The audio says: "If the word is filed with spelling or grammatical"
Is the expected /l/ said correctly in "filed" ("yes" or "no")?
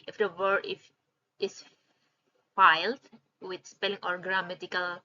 yes